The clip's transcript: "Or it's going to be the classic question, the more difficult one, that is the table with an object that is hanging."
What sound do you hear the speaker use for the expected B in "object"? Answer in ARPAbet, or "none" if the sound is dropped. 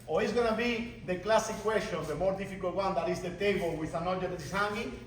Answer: none